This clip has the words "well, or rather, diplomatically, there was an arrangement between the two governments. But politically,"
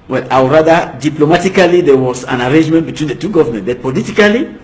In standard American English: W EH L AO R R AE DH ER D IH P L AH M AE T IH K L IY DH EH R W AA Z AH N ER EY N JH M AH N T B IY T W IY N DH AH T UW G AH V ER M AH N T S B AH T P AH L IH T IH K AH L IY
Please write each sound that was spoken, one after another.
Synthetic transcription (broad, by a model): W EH L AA W R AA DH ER D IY P L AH M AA T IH K L IY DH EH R W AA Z AH N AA EY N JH M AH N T B IY T W IY N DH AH T UW G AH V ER M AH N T B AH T P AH L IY T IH K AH L IY